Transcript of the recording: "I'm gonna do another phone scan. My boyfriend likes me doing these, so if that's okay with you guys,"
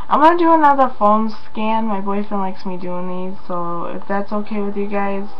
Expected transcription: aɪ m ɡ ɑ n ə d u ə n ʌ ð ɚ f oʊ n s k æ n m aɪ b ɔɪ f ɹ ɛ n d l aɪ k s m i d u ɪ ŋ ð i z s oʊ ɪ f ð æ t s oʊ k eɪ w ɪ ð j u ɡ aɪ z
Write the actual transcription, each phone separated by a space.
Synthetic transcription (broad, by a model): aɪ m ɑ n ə d u ə n ʌ ð ɚ f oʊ l s k æ n m aɪ b ɔɪ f ɛ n l aɪ k s m i d u ɪ ŋ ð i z s oʊ ɪ f ð æ t s oʊ k eɪ w ɪ ð j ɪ ɡ aɪ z